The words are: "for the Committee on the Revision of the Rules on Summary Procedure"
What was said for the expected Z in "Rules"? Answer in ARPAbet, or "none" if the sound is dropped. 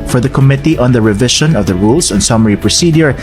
S